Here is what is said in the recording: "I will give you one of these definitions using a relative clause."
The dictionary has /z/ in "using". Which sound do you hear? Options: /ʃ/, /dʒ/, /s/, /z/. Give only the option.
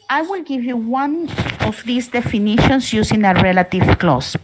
/s/